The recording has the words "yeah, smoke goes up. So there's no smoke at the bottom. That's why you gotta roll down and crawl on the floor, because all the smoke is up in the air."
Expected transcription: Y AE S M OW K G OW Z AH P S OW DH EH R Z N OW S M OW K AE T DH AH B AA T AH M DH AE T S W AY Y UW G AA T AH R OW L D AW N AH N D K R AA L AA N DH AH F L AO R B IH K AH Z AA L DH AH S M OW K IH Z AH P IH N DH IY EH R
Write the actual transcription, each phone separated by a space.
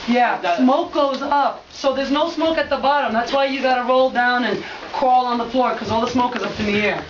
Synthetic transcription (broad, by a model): Y AE S M OW K G OW Z AH P S OW DH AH R Z N OW S M OW K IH T DH AH B AA T AH M DH AE T S W AY Y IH G AA T AH R OW L D AW N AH N K R AA L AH N DH AH F L AO R K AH Z AA L DH AH S M OW K IH Z AH P IH N DH IY EH R